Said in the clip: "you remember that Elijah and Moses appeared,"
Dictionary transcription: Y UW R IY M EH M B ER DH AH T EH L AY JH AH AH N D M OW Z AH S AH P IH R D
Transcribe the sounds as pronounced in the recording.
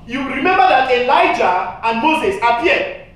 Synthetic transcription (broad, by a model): Y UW R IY M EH M B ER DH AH T EH L AY JH AH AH N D M OW Z AH S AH P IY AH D